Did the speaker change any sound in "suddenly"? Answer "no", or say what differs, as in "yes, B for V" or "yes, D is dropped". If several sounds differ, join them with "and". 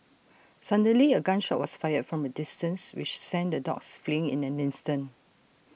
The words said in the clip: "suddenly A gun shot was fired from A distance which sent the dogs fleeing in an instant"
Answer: yes, N is dropped